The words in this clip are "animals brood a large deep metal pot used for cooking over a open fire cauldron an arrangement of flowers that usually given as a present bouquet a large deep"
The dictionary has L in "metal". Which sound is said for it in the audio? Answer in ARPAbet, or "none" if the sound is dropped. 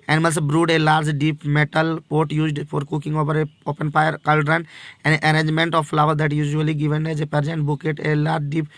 L